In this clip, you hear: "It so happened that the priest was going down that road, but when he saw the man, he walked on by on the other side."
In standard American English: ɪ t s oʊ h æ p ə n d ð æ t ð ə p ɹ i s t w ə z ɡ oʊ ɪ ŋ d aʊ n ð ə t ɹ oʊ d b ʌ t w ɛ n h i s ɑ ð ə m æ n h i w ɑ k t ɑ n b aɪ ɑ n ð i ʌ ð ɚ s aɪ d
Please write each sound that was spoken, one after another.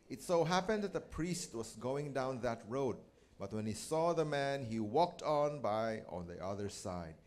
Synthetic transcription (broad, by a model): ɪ t s oʊ h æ p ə n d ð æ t ð ə p ɹ i s t w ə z ɡ oʊ ɪ ŋ d aʊ n ð ə t ɹ oʊ d b ʌ t w ɛ n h i s ɑ ð ə m æ n h i w ɑ k t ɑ n b aɪ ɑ n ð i ʌ ð ɚ s aɪ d